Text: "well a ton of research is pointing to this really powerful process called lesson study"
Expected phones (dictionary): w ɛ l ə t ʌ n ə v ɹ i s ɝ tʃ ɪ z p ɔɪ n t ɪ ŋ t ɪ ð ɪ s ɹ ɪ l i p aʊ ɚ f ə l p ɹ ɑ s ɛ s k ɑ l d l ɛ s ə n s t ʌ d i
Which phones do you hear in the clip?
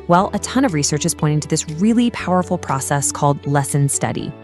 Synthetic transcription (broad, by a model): w ɛ l ə t ʌ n ə v ɹ i s ɝ tʃ ɪ z p ɔɪ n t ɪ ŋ t ɪ ð ɪ s ɹ ɪ l i p aʊ ɚ f l p ɹ ɑ s ɛ s k ɑ l d l ɛ s ə n s t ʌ d i